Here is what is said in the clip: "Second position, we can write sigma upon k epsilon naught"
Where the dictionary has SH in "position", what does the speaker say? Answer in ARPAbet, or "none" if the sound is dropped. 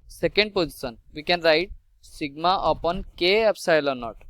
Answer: S